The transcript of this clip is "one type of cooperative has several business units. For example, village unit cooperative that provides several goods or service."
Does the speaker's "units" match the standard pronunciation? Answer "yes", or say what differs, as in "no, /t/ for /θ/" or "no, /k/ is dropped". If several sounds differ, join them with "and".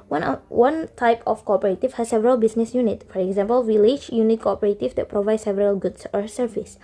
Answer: no, /s/ is dropped